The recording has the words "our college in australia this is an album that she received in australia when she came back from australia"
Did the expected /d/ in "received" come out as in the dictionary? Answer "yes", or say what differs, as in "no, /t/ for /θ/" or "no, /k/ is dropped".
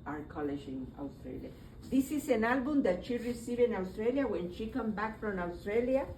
no, /d/ is dropped